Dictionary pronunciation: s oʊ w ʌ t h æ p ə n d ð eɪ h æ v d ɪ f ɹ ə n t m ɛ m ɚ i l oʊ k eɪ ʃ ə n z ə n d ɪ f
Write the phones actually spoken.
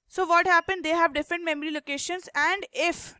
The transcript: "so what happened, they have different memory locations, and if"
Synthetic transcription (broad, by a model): s oʊ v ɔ t h æ p ə n d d eɪ h æ v d ɪ f ɹ ə n t m ɛ m ɚ i l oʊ k eɪ ʃ ə n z ə n d ɪ f